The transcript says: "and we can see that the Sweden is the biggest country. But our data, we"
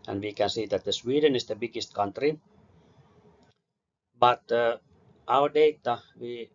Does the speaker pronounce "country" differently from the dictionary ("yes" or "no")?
no